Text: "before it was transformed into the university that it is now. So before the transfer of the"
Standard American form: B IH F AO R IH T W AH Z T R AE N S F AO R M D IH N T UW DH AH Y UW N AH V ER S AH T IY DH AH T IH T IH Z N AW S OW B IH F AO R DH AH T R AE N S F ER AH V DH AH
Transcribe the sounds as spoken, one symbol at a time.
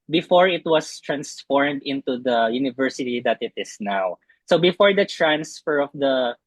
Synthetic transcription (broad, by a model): B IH F AO R IH T W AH S T R AE N S F AO R M D IH N T UW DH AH Y UW N AH V ER S AH T IY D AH T IH T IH S N AW S OW B IH F AO R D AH T R AE N S F ER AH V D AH